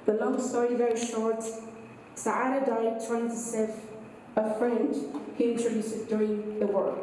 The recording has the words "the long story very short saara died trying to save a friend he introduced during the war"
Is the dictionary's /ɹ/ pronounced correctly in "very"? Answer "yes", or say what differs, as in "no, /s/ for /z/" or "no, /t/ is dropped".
yes